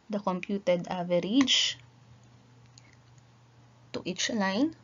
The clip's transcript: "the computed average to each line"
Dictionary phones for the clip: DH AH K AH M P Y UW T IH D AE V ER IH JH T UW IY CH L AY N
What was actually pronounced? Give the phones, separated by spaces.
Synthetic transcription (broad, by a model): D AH K AH M P Y UW T IH D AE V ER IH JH T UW IY CH L AY N